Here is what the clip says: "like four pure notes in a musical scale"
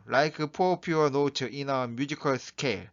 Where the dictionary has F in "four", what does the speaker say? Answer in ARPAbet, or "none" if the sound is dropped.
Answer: P